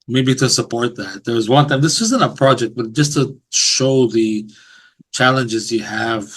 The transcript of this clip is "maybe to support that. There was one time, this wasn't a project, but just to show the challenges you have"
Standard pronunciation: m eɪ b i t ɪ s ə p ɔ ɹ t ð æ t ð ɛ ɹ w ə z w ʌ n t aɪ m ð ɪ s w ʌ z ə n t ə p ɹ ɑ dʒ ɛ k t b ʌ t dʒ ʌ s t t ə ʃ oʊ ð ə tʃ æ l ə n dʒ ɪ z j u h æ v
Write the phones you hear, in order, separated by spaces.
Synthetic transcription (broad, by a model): m eɪ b i t ɪ s ə p ɔ ɹ t ð æ t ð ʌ ɹ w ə z w ʌ n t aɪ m ð ɪ s w ʌ z ə n t ə p ɹ ɑ dʒ ɛ k t b ʌ t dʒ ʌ s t t ə ʃ oʊ ð ə tʃ æ l ə n dʒ ɪ z j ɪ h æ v